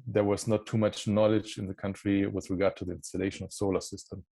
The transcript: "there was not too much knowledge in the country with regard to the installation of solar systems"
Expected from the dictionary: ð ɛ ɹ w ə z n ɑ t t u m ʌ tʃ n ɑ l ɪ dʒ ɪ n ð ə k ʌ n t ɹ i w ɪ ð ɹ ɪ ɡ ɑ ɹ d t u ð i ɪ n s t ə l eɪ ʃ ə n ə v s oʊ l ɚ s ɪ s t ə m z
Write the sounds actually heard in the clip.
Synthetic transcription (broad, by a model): ð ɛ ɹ w ə z n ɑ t t u m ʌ tʃ n ɑ l ɪ dʒ ɪ n ð ə k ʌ n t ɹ i w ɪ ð ɹ ɪ ɡ ɑ ɹ d t u ð i ɪ n s t ə l eɪ ʃ ə n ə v s oʊ l ɚ s ɪ s t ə m